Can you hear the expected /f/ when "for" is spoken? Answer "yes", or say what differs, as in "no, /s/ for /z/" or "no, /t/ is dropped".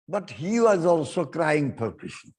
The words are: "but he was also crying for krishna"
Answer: no, /p/ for /f/